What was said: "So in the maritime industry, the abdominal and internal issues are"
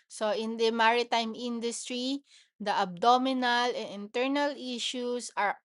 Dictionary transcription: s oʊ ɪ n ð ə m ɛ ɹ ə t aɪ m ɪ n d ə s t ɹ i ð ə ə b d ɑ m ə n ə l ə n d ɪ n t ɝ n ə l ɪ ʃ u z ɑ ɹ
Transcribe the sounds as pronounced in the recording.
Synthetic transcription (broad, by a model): s oʊ ɪ n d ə m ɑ ɹ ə t aɪ m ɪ n d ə s t ɹ i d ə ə b d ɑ m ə n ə l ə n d ɪ n t ɝ n ə l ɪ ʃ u s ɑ ɹ